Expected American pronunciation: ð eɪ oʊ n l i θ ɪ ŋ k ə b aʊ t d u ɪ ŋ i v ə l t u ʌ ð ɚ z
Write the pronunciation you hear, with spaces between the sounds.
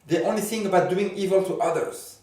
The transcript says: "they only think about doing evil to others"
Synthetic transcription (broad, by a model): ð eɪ oʊ n l i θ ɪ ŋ ə b aʊ t d u ɪ ŋ i v ə l t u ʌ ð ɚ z